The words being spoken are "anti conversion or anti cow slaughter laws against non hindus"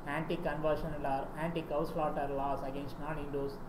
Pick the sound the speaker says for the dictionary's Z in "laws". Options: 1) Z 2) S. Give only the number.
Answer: 2